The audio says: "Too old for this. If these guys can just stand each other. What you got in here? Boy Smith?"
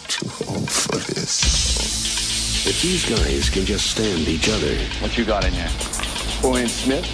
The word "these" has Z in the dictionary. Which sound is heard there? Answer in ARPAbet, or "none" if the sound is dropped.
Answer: Z